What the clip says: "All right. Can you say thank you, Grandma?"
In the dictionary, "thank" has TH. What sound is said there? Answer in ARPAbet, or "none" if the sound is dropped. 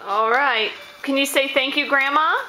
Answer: TH